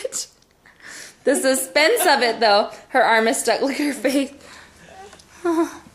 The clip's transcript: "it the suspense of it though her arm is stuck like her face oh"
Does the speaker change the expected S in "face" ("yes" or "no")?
yes